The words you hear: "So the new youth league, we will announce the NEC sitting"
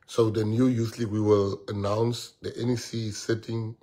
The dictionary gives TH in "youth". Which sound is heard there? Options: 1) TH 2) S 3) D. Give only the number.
2